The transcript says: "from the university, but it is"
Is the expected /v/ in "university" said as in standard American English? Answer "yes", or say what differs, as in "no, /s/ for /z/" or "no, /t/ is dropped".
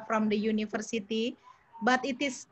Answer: no, /f/ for /v/